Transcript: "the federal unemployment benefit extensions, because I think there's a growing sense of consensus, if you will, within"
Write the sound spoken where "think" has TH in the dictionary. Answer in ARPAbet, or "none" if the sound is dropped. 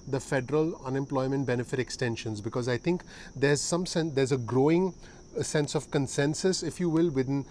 T